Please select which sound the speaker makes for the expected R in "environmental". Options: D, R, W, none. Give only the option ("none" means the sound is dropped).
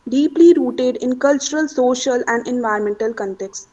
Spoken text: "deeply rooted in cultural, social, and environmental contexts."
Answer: none